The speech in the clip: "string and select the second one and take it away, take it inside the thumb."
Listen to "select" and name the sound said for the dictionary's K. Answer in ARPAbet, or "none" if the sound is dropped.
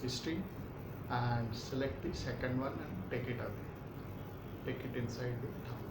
K